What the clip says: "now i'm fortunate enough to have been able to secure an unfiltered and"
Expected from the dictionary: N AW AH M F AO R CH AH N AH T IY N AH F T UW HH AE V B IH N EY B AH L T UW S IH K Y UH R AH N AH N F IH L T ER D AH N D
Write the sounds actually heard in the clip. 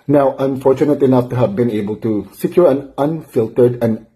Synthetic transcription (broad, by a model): N AW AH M F AO R CH AH N AH T IY N AH F T UW HH AE V B IH N EY B AH L T UW S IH K Y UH R AH N AH N F IH L T ER D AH N